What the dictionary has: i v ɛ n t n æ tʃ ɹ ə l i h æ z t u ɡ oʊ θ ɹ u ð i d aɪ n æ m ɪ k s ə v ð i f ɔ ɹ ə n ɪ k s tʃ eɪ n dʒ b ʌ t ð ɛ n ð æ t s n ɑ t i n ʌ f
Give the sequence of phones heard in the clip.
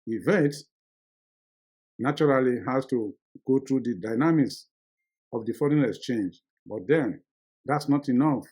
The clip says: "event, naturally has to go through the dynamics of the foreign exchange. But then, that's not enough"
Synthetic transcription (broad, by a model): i v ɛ n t n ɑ tʃ ɹ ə l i h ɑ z t u ɡ oʊ t ɹ u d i d aɪ n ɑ m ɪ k s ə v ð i f ɔ ɹ ə n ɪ s tʃ eɪ n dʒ b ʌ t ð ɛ n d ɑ t s n ɑ t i n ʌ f